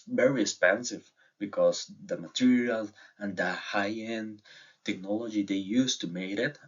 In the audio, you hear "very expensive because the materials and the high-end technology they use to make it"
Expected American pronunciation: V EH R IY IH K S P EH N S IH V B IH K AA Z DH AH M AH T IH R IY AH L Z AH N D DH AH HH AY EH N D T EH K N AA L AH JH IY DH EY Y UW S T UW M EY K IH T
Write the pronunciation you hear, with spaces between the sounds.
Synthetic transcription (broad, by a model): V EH R IY IH K S P EH N S IH V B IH K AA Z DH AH M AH T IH R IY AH L AH N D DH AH HH AY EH N T EH K N AA L AH JH IY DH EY Y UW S T UW M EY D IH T